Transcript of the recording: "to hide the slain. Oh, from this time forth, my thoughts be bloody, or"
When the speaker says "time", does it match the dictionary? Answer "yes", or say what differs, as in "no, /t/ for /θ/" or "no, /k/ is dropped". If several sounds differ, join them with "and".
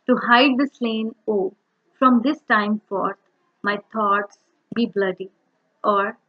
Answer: yes